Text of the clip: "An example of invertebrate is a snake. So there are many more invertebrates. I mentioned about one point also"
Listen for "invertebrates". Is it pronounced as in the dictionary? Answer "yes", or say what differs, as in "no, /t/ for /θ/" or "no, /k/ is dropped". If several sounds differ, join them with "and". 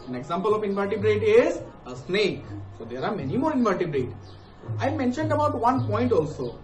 no, /s/ is dropped